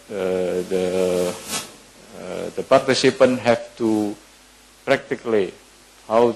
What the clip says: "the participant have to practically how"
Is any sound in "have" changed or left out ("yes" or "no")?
yes